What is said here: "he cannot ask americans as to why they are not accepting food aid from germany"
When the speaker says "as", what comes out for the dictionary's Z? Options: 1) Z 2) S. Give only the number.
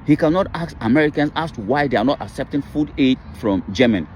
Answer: 2